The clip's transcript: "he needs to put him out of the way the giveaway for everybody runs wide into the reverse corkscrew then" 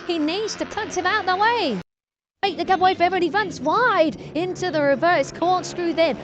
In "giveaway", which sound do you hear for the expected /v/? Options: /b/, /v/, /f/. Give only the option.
/b/